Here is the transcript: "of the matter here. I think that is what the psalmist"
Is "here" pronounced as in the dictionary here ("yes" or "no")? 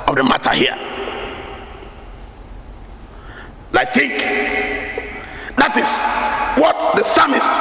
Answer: no